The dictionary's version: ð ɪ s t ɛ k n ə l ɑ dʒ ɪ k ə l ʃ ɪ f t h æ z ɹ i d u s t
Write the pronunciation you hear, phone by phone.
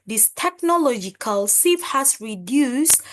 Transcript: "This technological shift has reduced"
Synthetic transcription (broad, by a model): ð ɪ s t ɛ k n ə l ɑ dʒ ɪ k ə l s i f h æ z ɹ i d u s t